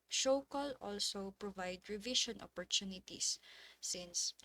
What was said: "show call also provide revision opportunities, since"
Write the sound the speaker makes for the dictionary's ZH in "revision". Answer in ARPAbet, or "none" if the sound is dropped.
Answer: SH